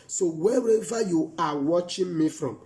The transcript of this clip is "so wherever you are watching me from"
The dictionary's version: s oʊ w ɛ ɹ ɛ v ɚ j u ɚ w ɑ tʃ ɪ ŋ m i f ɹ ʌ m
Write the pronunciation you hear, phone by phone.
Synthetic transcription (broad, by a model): s oʊ w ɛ w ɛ v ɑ j u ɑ w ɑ tʃ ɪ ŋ m i f ɹ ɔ m